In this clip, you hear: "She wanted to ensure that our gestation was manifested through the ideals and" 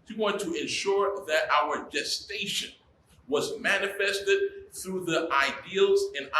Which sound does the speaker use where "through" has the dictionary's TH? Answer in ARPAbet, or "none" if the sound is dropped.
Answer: TH